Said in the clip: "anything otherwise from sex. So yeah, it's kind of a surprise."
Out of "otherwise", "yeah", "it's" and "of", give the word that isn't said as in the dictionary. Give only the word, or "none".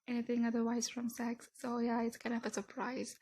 none